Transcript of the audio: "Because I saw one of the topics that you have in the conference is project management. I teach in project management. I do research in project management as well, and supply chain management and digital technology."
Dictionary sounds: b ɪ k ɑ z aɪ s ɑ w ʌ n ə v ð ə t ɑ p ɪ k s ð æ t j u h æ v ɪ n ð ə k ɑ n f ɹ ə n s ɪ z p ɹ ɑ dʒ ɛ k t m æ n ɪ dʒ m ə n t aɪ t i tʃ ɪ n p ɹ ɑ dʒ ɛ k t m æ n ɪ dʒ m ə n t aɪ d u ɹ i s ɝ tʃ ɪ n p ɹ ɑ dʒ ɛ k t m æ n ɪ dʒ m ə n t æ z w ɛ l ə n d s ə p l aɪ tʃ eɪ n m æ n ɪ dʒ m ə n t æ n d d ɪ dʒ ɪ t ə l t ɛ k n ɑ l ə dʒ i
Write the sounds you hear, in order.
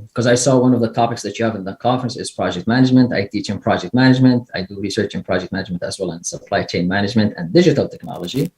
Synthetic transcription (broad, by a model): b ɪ k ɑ z aɪ s ɑ w ʌ n ə v ð ə t ɑ p ɪ k s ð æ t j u h æ v ɪ n ð ə k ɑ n f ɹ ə n s ɪ z p ɹ ɑ dʒ ɛ k t m æ n ɪ dʒ m ə n t aɪ t i tʃ ɪ n p ɹ ɑ dʒ ɛ k t m æ n ɪ dʒ m ə n t aɪ d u ɹ i s ɝ tʃ ɪ n p ɹ ɑ dʒ ɛ k t m æ n ɪ dʒ m ə n t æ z w ɛ l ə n s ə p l aɪ tʃ eɪ n m æ n ɪ dʒ m ə n t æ n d d ɪ dʒ ɪ t ə l t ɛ k n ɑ l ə dʒ i